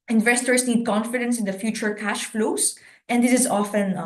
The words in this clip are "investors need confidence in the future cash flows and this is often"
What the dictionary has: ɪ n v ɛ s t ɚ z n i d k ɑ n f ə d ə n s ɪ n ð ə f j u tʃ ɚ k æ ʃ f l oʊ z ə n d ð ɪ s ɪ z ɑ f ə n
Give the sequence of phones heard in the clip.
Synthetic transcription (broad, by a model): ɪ n v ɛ s t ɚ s n i d k ɑ n f ə d ə n s ɪ n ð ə f j u tʃ ɚ k æ ʃ f l oʊ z ə n d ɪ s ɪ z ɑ f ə n